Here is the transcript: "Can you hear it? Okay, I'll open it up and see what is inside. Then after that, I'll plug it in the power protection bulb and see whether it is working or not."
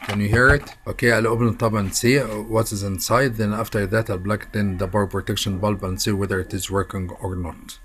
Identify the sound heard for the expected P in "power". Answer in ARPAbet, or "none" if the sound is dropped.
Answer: B